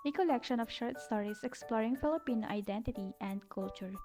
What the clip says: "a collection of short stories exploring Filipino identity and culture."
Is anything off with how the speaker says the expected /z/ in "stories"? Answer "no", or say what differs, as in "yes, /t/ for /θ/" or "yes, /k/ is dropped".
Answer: yes, /s/ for /z/